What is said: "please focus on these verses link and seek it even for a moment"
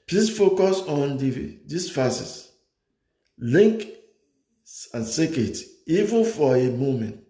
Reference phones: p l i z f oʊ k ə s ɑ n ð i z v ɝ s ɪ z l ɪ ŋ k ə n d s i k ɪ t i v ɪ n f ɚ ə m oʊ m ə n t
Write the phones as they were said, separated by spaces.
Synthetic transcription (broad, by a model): p l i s f oʊ k ə s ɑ n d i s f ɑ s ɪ s l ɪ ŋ k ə n s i k ɪ t i v ɪ n f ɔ ə m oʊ m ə n t